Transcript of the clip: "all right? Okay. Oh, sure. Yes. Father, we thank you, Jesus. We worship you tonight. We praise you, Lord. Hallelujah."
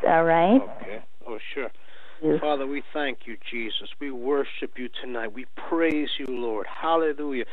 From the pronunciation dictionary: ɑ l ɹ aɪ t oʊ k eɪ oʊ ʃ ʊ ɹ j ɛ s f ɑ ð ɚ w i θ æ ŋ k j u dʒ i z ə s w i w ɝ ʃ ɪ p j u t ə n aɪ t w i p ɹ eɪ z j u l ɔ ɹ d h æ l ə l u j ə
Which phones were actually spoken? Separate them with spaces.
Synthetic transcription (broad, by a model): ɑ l ɹ aɪ t oʊ k eɪ oʊ ʃ ʊ ɹ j f ɑ ð ɚ w i θ æ ŋ k j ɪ dʒ i z ə s w i w ɝ ʃ ɪ p j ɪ t ə n aɪ t w i p ɹ eɪ z j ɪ l ɔ ɹ d h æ l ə l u j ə